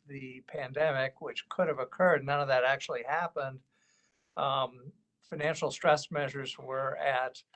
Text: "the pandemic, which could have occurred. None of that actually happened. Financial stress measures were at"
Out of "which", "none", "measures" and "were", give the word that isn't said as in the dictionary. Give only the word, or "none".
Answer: none